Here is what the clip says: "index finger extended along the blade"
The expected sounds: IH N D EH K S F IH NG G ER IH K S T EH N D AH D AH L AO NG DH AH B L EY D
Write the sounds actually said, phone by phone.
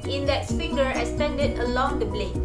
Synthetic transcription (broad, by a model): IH N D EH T S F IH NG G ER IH S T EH N D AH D AH L AO NG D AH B L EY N